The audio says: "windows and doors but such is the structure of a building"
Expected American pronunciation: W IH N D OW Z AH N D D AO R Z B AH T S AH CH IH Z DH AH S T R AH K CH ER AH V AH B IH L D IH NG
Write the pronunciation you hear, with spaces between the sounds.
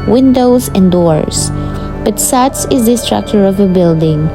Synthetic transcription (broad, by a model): W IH N D OW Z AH N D D AO R S B AH T S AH S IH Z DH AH S T R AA K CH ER AH V AH B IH L D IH NG